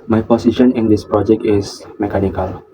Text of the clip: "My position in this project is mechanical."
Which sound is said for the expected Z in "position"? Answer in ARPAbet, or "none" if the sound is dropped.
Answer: S